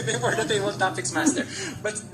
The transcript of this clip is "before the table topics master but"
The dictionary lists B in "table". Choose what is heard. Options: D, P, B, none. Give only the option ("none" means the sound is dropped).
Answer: none